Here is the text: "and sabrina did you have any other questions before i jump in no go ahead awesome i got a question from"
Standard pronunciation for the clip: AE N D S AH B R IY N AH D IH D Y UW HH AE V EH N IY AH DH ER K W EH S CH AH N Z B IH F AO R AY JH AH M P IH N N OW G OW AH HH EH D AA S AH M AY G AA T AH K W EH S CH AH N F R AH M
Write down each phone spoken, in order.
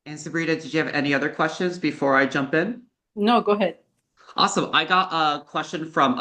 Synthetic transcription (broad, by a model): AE N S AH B R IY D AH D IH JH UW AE V EH N IY AH DH ER K W EH S CH AH N Z B IH F AO R AY JH AH M P IH N N OW G OW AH HH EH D AA S AH M AY G AA T AH K W EH S CH AH N F R AH M